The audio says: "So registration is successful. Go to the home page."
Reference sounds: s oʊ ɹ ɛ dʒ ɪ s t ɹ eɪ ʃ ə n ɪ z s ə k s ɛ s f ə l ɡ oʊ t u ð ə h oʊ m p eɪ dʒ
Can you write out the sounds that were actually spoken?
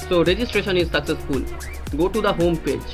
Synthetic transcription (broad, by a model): s oʊ ɹ ɛ dʒ ɪ s t ɹ eɪ ʃ ə n ɪ z s ə k s ɛ s f ə l ɡ oʊ t u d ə h oʊ m p eɪ dʒ